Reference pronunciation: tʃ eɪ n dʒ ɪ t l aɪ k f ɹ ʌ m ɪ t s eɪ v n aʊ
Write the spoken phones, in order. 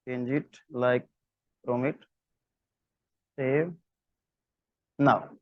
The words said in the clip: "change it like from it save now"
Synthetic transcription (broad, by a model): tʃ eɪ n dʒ ɪ t l aɪ k p ɹ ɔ m ɪ t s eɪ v n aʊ